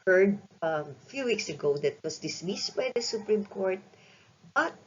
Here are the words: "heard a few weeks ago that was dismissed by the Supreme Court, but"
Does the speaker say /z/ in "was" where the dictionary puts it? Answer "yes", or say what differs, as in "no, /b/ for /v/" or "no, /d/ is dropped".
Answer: no, /s/ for /z/